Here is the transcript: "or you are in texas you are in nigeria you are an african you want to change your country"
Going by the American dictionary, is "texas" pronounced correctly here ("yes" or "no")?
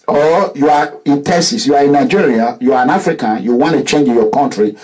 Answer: no